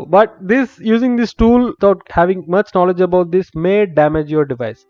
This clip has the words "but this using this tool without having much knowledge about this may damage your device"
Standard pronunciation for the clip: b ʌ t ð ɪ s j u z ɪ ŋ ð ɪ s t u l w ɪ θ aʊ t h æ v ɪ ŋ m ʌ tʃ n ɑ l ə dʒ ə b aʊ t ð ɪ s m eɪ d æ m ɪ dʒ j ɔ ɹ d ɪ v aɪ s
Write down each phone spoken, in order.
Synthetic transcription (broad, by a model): b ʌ t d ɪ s j u z ɪ ŋ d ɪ s t u l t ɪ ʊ t h æ v ɪ ŋ m ʌ tʃ n ɑ l ə dʒ ə b aʊ t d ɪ s m eɪ d æ m ɪ dʒ j ɔ ɹ d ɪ v aɪ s